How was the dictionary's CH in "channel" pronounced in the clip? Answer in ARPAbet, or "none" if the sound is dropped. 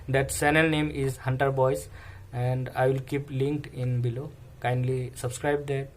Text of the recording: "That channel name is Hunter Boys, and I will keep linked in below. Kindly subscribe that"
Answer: S